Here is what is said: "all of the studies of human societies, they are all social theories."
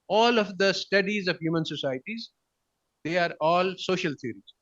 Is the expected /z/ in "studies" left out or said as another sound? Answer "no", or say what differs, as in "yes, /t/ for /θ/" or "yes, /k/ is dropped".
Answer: no